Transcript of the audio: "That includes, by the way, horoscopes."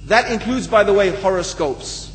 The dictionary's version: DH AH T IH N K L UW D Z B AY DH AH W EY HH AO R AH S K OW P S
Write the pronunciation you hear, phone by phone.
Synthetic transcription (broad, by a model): DH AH T IH N K L UW D Z B AY DH AH W EY HH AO R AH S K OW P S